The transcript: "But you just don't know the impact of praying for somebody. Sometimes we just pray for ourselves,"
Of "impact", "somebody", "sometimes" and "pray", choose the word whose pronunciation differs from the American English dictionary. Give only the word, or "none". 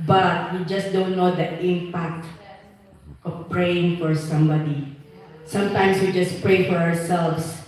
sometimes